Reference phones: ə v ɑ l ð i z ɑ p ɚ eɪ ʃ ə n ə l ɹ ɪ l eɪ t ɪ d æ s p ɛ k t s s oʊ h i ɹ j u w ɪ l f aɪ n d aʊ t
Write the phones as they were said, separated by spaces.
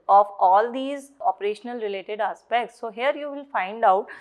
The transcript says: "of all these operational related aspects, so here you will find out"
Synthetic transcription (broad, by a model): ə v ɑ l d i z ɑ p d eɪ ʃ ə n ə l ɹ ɪ l eɪ t ɪ d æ s p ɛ k t s s oʊ h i ɹ j u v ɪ l f aɪ n d aʊ t